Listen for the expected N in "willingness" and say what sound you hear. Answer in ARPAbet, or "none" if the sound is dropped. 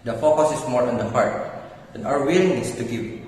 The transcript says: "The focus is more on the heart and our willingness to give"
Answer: none